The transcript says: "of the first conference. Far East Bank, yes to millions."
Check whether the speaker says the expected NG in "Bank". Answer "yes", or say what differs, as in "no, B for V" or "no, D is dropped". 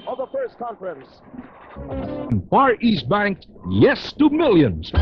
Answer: yes